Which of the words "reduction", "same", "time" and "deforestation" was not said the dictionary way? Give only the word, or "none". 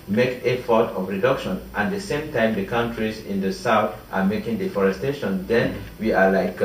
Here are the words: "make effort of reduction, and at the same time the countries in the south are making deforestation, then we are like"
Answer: none